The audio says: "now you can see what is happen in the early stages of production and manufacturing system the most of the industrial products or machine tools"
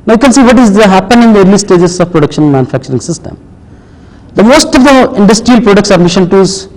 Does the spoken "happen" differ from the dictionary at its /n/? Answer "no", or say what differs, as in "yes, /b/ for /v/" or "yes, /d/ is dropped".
no